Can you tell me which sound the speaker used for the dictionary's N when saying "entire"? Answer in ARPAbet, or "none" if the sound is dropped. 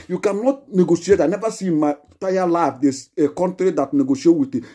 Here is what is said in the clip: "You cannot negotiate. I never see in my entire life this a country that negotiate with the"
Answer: none